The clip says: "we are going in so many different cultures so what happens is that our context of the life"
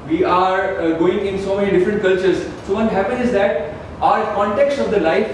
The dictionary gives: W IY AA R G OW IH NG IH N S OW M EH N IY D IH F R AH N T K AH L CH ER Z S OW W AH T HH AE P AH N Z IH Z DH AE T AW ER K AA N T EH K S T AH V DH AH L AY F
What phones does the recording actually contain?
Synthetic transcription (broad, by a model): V IY AA R G OW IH NG IH N S OW M EH N IY D IH F R AH N T K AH L CH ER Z S OW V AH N HH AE P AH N IH Z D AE T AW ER K AA N T EH K S T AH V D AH L AY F